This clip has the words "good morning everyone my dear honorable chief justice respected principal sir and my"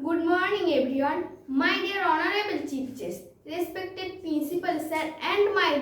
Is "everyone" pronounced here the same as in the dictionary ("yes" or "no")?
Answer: no